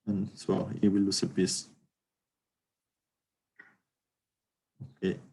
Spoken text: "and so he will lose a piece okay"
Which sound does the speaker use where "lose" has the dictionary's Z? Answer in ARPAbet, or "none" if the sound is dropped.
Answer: S